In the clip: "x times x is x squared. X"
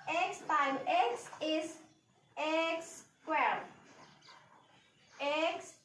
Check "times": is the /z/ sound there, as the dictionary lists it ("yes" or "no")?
no